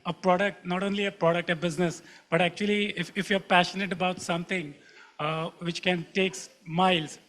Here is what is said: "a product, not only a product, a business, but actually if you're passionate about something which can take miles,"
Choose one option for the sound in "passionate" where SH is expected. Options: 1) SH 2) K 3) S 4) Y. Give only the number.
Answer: 1